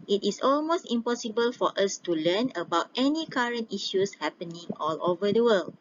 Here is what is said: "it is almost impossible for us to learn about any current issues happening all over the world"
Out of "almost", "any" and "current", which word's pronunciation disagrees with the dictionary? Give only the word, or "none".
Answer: none